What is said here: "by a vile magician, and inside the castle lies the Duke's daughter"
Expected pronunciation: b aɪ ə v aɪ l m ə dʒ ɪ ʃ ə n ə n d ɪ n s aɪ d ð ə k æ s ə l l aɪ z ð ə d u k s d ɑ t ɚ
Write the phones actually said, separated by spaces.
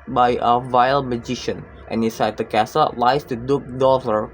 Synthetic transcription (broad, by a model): b aɪ ə v aɪ l m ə dʒ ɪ ʃ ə n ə n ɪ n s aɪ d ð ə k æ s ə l l aɪ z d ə d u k d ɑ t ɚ